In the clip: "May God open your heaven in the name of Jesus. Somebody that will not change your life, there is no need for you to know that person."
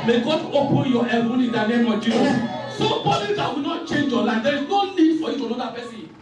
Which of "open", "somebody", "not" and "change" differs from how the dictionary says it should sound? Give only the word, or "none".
somebody